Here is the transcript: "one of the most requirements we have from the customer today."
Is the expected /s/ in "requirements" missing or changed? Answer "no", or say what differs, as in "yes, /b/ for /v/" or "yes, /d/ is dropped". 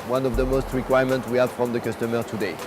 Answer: yes, /s/ is dropped